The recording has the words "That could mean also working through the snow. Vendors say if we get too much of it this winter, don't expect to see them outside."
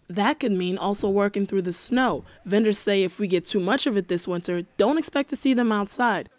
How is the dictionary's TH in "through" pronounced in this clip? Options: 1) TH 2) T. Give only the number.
1